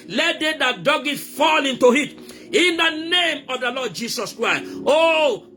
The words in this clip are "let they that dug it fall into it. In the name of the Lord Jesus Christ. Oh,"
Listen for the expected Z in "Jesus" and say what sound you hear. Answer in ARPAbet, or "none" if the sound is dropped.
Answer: S